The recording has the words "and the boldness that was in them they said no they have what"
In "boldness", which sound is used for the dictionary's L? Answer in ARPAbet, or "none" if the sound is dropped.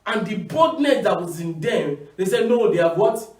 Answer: none